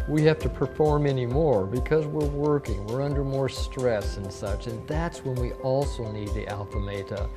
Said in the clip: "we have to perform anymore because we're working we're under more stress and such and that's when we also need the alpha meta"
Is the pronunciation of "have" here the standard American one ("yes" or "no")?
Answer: no